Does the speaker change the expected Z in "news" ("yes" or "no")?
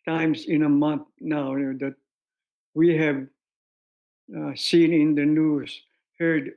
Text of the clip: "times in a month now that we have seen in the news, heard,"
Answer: yes